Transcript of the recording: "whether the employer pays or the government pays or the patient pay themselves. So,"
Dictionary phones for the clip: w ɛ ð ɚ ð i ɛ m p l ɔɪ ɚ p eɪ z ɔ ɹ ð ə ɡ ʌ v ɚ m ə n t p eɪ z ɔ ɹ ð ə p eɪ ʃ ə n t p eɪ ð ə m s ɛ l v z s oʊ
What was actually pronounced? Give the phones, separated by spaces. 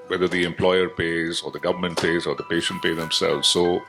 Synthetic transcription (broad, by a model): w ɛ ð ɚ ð i ɛ m p l ɔɪ ɚ p eɪ z ɔ ɹ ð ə ɡ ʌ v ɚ m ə n t p eɪ z ɔ ɹ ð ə p eɪ ʃ ə n t p eɪ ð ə m s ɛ l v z s oʊ